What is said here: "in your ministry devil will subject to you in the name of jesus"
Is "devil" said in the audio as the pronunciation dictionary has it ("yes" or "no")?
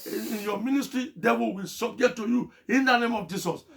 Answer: no